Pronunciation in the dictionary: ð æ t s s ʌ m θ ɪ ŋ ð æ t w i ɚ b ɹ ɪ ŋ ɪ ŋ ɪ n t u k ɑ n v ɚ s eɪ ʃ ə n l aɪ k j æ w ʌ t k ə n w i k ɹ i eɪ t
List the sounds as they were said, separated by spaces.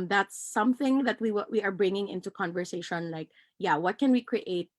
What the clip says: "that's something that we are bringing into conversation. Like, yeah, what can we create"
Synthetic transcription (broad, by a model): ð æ t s s ʌ m θ ɪ ŋ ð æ t w i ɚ b ɹ ɪ ŋ ɪ ŋ ɪ n t u k ɑ n v ɚ s eɪ ʃ ə n l aɪ k j æ w ʌ t k ə n w i k ɹ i eɪ t